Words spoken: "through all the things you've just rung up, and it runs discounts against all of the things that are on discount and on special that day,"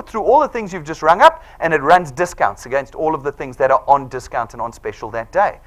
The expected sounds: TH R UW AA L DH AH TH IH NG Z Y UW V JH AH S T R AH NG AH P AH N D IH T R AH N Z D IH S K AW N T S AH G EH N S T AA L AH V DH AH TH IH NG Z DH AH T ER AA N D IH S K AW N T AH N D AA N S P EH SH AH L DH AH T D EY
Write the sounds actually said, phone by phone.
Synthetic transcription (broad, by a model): TH R UW AA L DH AH TH IH NG Z Y UW V JH AH S T R AH NG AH P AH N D IH T R AH N Z D IH S K AW N T S AH G EH N S T AA L AH V DH AH TH IH NG Z DH AH T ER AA N D IH S K AW N T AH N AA N S P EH SH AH L DH AH T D EY